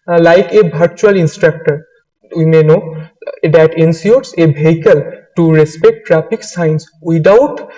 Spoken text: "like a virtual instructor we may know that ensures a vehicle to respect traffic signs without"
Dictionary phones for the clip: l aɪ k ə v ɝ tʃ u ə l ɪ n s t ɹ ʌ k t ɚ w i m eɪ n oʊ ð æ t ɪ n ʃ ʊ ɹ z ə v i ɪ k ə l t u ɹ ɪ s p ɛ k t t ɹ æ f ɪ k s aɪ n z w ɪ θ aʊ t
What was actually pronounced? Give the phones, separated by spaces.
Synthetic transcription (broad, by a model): l aɪ k ə b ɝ tʃ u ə l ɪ n s t ɹ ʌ k t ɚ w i m eɪ n oʊ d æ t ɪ n s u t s ə b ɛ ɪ k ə l t u ɹ ɪ s p ɛ k t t ɹ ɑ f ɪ k s aɪ n s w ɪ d aʊ t